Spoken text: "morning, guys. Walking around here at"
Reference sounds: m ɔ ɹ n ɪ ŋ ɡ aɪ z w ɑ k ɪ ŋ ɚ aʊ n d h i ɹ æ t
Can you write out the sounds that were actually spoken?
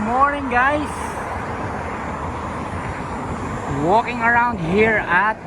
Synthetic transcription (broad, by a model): m ɔ ɹ n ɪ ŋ ɡ aɪ s w ɑ k ɪ ŋ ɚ aʊ n d h i ɹ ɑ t